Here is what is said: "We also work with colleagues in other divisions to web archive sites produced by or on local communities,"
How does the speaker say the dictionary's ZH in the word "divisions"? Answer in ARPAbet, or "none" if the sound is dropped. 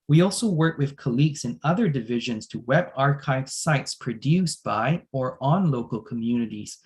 ZH